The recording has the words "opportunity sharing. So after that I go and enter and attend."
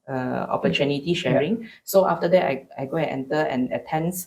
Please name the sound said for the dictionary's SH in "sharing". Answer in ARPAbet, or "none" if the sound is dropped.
SH